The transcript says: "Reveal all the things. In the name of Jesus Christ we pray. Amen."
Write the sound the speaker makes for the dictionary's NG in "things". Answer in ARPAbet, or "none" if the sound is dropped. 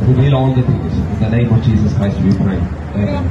none